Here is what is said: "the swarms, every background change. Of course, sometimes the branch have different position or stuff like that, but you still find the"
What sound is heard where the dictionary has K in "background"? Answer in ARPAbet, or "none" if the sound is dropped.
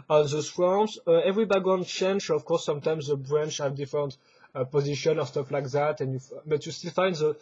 none